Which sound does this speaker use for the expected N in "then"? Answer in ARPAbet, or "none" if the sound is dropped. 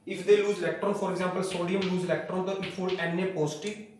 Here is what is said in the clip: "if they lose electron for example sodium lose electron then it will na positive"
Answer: none